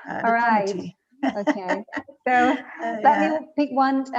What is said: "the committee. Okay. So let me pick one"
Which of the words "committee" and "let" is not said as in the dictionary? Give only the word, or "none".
committee